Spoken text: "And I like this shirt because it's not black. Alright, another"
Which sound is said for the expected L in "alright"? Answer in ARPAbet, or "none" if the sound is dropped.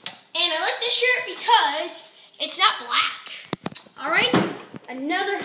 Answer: L